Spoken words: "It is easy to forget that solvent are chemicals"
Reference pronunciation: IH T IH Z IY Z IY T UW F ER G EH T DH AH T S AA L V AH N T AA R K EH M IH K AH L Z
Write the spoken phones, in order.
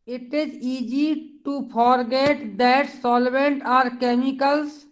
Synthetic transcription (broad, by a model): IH T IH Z IY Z IY T UW P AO G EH T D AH T S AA L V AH N T AA R K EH M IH K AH L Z